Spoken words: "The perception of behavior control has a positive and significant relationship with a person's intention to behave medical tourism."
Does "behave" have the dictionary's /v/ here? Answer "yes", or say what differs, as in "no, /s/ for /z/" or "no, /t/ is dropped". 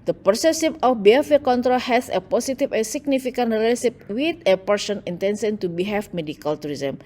no, /f/ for /v/